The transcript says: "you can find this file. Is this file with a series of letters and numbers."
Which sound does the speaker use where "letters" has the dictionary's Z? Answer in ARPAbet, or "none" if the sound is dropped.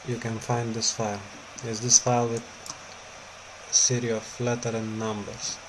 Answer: none